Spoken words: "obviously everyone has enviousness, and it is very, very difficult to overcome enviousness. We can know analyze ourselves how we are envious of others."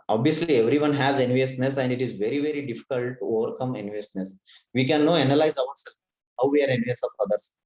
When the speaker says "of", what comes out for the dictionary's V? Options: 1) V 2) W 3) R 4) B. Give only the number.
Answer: 4